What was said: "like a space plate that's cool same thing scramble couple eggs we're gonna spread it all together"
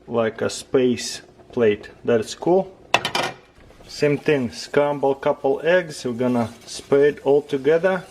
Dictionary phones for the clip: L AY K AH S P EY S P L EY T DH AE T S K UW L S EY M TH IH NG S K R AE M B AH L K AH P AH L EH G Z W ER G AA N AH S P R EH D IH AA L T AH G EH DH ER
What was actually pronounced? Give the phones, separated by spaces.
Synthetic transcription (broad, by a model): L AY K AH S P EY S P L EY T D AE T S K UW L S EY M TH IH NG S K AE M B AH L K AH P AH L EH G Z G AA N AH S P EH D AA L T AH G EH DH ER